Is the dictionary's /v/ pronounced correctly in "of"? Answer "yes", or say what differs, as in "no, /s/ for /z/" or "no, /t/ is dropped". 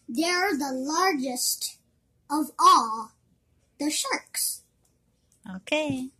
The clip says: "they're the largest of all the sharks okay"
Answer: yes